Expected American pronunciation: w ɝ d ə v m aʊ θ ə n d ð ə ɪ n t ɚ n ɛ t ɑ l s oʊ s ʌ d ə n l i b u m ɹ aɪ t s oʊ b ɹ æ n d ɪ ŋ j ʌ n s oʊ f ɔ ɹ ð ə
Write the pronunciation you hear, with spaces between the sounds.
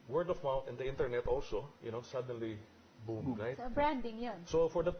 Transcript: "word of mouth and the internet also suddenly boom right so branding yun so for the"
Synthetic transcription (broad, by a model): w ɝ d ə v m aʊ t ə n d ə ɪ n t ɚ n ɛ t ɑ l s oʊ s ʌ d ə n l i b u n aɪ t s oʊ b ɹ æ n d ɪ ŋ j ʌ n s oʊ f ɔ ɹ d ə